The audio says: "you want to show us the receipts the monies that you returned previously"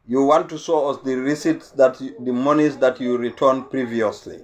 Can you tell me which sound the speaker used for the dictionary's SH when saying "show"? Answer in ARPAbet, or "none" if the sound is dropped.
S